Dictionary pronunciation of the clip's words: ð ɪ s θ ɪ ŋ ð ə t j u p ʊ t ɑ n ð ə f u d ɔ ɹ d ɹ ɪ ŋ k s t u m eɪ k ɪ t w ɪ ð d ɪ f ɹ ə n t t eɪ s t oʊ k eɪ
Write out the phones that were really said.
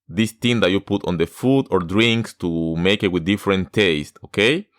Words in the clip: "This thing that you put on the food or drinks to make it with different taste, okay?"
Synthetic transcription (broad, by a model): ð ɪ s t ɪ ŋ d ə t j u p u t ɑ n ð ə f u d ɔ ɹ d ɹ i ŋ k s t u m eɪ k ɪ t w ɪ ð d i f ɹ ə n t t eɪ s t oʊ k eɪ